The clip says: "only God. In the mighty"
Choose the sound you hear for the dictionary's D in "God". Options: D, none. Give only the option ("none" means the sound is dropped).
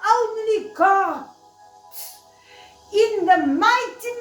none